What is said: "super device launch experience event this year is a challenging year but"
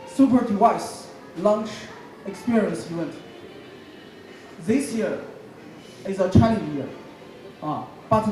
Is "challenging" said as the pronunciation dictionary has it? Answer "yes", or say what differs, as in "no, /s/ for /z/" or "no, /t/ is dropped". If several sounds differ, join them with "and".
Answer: no, /l/ is dropped and /dʒ/ is dropped